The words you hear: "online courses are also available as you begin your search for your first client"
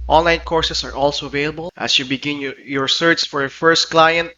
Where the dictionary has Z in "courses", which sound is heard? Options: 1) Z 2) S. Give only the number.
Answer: 2